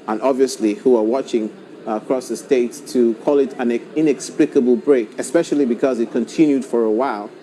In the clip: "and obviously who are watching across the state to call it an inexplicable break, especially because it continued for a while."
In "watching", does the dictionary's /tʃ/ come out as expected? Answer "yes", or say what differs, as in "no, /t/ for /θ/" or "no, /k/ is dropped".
yes